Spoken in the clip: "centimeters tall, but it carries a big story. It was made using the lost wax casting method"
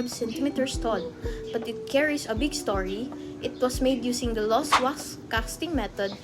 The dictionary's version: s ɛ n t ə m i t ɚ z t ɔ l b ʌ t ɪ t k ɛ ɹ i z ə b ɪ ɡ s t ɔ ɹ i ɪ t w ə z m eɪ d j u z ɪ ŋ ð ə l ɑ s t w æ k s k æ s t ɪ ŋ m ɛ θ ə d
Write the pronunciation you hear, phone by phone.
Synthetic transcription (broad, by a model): s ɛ n t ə m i t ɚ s t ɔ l b ʌ t ɪ t k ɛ ɹ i s ə b ɪ ɡ s t ɔ ɹ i ɪ t w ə s m eɪ d j u s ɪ ŋ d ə l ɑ s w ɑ s k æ s t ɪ ŋ m ɛ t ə d